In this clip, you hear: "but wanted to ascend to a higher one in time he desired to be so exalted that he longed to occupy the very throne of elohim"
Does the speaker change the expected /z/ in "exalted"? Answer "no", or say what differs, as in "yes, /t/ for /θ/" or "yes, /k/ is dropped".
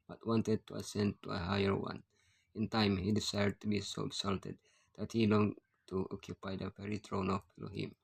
yes, /s/ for /z/